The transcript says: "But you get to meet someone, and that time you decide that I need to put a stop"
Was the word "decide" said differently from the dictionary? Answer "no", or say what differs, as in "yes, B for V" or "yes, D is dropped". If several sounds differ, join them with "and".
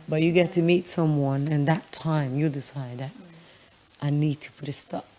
no